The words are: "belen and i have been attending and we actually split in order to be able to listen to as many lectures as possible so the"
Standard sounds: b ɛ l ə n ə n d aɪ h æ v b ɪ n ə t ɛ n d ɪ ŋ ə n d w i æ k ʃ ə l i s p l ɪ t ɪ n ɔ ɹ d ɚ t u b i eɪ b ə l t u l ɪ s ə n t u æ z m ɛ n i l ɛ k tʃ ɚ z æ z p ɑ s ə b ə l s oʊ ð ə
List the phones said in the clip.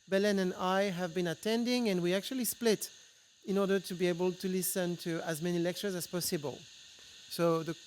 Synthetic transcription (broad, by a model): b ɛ l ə n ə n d aɪ h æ v b ɪ n ə t ɛ n d ɪ ŋ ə n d w i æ k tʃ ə l i s p l ɪ t ɪ n ɔ ɹ d ɚ t u b i eɪ b ə l t u l ɪ s ə n t u æ z m ɛ n i l ɛ k tʃ ɚ z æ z p ɑ s ə b ə l s oʊ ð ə